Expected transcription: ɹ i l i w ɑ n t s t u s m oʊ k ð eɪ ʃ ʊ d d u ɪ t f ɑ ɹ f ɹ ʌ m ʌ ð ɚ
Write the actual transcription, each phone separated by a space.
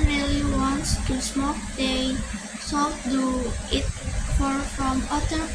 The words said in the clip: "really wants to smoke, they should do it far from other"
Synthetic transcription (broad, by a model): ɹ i l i w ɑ n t s t u s m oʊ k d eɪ s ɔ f d u ɪ t f ɑ ɹ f ɹ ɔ m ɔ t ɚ